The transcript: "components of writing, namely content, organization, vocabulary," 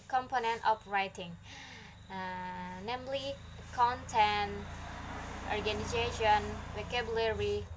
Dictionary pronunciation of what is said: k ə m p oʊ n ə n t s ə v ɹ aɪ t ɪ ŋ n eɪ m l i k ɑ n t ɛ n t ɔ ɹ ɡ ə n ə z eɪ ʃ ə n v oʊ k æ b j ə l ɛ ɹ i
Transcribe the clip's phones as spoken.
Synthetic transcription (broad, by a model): k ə m p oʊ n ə n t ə p ɹ aɪ t ɪ ŋ n eɪ m l i k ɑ n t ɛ n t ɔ ɹ ɡ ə n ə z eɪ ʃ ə n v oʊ k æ b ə l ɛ ɹ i